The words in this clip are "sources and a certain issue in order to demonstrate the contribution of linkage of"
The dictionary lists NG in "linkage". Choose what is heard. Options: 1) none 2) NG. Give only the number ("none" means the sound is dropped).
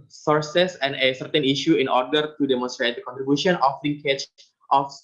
1